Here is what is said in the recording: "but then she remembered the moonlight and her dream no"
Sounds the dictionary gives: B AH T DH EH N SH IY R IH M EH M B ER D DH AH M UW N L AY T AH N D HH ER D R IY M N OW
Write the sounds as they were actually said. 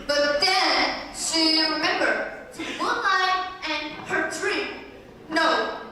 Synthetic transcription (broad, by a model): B AH T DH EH N SH IY R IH M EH M B ER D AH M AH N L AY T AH N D HH ER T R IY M N OW